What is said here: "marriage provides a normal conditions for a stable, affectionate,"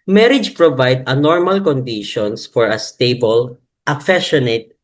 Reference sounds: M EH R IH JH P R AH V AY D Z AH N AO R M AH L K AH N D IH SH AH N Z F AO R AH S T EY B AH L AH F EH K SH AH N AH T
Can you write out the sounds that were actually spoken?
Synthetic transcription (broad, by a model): M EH R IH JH P R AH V AY D AH N AO R M AH L K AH N D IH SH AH N S F AO R AH S T EY B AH L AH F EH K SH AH N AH T